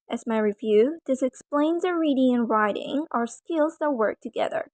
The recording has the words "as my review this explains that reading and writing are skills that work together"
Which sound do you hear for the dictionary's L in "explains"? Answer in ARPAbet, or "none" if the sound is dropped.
L